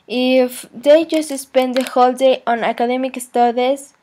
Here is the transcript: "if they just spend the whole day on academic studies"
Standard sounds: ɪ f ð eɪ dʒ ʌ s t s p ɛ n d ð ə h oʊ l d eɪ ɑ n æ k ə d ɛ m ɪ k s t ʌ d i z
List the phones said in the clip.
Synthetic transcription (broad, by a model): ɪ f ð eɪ dʒ ʌ s t s p ɛ n d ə h oʊ l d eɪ ɑ n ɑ k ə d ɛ m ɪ k s t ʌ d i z